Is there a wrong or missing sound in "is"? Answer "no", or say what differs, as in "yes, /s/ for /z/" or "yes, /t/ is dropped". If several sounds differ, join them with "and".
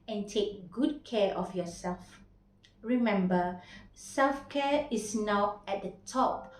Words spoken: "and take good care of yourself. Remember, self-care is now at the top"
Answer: yes, /s/ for /z/